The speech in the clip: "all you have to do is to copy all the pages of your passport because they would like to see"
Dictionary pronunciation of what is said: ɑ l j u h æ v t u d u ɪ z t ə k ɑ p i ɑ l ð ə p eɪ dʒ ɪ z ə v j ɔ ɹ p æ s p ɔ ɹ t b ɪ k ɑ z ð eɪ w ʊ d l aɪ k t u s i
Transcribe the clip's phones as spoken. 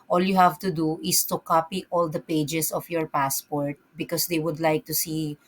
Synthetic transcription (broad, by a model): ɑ l j u h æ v t u d u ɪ s t ə k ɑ p i ɑ l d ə p eɪ dʒ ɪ s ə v j ɔ ɹ p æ s p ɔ ɹ t b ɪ k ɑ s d eɪ w ʊ d l aɪ k t u s i